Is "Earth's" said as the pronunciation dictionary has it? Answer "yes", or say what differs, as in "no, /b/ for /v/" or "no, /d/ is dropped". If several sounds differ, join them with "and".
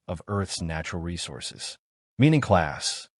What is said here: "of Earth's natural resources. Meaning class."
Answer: yes